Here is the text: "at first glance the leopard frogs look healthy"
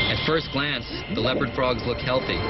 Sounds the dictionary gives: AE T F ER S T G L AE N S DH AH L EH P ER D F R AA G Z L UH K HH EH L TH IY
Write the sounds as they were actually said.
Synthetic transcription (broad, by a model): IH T F ER S T G L AE N S DH AH L EH P ER D F R AA G Z L UH K HH EH L TH IY